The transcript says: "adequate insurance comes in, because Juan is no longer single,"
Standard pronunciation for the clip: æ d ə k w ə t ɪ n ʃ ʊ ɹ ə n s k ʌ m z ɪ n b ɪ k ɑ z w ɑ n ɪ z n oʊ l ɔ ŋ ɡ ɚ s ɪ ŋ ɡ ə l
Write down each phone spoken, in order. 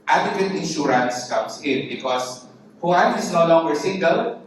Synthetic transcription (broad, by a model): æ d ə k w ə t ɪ n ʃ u ɹ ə n s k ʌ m s ɪ n b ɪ k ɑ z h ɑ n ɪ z n oʊ l ɔ ŋ ɡ ɚ s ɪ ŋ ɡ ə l